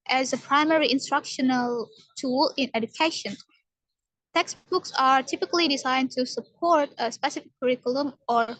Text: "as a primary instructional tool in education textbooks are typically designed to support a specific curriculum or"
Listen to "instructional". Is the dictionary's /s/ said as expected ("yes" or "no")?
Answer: yes